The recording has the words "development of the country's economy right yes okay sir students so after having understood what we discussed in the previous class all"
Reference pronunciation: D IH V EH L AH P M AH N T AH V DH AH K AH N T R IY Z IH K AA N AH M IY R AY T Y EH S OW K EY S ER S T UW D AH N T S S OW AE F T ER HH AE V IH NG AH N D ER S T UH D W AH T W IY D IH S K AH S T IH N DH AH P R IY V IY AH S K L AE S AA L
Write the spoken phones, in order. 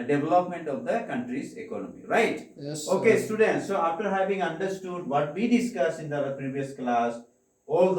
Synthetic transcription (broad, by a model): D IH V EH L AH P M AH N T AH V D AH K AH N T R IY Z IH K AA N AH M IY R AY T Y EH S OW K EY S S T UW D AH N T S S OW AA F T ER HH AE V IH NG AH N D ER S T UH D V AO T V IY D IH S K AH S IH N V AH P R IY V IY AH S K L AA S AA L